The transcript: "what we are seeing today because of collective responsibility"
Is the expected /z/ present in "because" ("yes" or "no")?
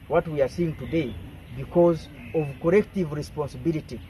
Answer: yes